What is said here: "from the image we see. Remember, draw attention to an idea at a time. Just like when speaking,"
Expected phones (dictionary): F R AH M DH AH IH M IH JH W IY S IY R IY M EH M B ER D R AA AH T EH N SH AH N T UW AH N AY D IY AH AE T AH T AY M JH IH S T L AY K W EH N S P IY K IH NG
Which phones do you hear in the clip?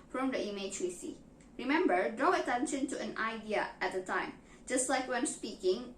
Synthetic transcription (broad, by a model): F R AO M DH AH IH M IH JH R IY S IY R IY M EH M B ER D AA AH T EH N SH AH N T UW AH N AY D IY AH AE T AH T AY M JH IH S T L AY K W EH N S P IY K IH NG